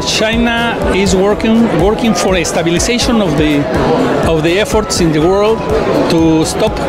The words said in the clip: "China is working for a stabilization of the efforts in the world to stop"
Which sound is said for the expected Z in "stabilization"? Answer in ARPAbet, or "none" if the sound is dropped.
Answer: S